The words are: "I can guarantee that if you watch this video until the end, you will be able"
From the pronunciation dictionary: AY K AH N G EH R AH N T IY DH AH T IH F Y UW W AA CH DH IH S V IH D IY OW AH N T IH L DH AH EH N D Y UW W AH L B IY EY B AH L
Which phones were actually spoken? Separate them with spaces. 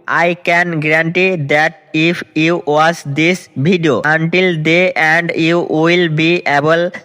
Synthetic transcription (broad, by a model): AY K AH N G R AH N T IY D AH T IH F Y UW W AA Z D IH S B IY D IY OW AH N T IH L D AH EH N D Y UW W AH L B IY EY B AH L